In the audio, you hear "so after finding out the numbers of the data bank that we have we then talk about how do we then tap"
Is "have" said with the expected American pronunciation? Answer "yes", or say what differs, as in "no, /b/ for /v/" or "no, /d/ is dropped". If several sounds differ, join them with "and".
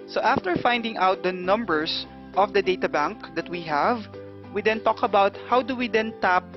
yes